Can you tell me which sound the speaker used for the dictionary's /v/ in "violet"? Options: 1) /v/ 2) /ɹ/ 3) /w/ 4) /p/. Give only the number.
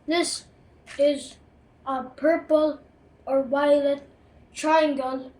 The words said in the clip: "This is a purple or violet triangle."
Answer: 3